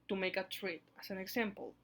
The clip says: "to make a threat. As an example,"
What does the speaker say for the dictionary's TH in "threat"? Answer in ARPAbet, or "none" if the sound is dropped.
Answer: T